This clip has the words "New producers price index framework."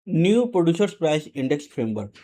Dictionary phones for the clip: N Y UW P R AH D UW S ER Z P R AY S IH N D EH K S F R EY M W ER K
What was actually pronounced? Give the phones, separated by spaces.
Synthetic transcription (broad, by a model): N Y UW P R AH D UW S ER S P R AY S IH N D EH K S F R EY M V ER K